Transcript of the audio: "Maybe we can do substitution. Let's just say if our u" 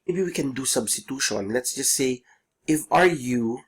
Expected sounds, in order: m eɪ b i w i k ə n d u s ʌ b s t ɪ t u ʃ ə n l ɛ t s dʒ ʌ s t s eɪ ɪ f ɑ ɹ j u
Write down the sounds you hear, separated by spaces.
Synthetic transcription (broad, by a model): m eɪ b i w i k ə n d u s ʌ b s t ɪ t u ʃ ə n l ɛ t s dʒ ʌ s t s eɪ ɪ f ɑ ɹ j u